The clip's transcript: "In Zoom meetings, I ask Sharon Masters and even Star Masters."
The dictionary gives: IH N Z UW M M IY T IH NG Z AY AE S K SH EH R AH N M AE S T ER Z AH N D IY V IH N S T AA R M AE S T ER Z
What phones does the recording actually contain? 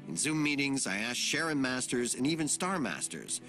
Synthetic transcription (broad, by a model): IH N Z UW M M IY T IH NG Z AY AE S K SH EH R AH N M AE S T ER Z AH N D IY V IH N S T AA R M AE S T ER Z